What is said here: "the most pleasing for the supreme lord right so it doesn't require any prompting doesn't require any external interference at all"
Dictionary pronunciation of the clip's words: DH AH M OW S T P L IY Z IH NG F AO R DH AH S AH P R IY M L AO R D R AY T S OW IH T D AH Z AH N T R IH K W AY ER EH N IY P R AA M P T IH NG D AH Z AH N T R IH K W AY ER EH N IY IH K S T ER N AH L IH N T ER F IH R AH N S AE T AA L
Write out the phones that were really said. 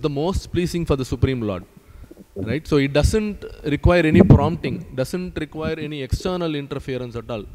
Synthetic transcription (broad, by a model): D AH M OW S T P L IY S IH NG F AO R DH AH S AH P R IY M L AO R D R AY T S OW IH T D AH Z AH N T R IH K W AY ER EH N IY P R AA M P T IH NG D AH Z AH N T R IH K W AY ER EH N IY IH K S T ER N AH L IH N T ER F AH R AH N S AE T AA L